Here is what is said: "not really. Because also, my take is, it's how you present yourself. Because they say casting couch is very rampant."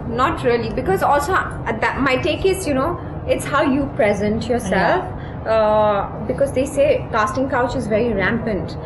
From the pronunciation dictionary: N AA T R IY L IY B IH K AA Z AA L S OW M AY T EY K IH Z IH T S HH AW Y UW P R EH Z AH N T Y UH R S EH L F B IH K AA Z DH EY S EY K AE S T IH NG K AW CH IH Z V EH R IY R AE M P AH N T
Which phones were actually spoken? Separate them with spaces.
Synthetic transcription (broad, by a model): N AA T R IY L IY B IH K AA Z AA L S OW M AY T EY K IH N IH T S HH AW Y UW P R EH Z AH N T Y UH R S EH L F B IH K AA Z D EY S EY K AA S T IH NG K AW CH IH Z V EH R IY R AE M P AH N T